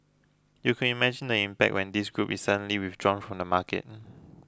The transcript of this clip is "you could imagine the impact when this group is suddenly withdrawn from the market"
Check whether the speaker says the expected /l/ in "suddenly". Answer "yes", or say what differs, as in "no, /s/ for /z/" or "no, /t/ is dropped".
yes